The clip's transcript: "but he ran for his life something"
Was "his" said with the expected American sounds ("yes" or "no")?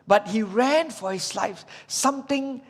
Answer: no